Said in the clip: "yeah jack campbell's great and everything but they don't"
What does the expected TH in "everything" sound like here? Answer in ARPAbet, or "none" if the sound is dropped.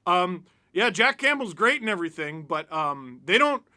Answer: TH